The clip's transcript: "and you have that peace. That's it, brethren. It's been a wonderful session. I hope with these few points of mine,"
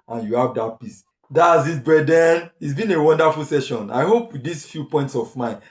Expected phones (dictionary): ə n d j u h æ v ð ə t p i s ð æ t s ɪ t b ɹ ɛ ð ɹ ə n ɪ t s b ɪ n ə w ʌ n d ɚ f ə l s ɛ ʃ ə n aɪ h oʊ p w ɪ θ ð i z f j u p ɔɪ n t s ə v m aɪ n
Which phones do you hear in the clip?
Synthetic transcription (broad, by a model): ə n j u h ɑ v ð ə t p i s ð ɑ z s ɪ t b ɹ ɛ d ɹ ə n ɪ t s b ɪ n ə w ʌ n d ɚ f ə l s ɛ ʃ ə n aɪ h oʊ p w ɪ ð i s f j u p ɔɪ n t s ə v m aɪ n